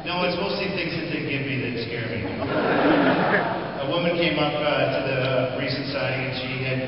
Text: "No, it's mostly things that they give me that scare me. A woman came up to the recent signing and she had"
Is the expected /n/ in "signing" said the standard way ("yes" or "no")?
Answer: no